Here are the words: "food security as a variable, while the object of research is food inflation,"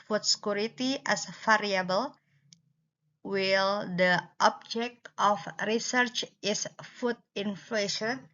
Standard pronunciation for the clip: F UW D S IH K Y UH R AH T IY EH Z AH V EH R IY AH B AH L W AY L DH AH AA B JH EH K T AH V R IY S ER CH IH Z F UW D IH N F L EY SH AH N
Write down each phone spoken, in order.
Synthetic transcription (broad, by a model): F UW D S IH K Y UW R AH T IY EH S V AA R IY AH B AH L W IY L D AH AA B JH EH K T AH F R IY S ER CH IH S F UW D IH N F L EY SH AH N